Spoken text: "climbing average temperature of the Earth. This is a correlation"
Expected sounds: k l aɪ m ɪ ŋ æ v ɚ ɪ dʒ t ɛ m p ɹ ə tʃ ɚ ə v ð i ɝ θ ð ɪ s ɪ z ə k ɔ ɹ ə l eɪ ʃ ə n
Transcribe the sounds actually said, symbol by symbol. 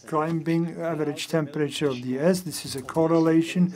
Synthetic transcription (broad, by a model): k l aɪ m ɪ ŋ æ v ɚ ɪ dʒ t ɛ m p ɹ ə tʃ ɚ ə v ð i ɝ s ð ɪ s ɪ z ə k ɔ ɹ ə l eɪ ʃ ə n